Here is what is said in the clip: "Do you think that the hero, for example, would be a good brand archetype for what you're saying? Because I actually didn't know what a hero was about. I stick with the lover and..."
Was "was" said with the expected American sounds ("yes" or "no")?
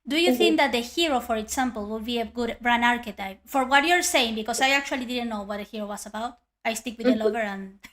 no